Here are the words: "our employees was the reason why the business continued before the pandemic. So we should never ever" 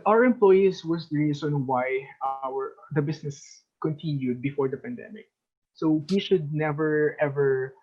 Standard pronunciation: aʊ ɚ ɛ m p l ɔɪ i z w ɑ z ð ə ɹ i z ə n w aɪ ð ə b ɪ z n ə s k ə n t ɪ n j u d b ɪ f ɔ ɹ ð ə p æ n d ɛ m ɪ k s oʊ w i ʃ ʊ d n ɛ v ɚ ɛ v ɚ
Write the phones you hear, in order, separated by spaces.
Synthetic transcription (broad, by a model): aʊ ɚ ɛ m p l ɔɪ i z w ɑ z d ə ɹ i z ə n w aɪ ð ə b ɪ s n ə s k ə n t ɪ n j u d b ɪ f ɔ ɹ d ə p æ n d ɛ m ɪ k s oʊ w i ʃ ʊ d n ɛ v ɚ ɛ v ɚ